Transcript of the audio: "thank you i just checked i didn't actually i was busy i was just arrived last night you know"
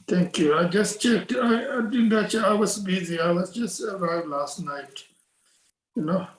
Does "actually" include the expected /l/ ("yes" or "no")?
no